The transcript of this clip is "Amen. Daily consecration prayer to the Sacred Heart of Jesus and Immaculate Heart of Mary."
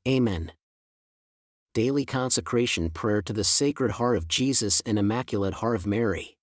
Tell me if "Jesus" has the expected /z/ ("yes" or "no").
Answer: yes